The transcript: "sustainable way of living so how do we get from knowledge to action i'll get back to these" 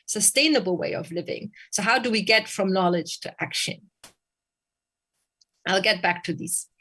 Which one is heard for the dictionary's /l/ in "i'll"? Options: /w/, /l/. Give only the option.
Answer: /l/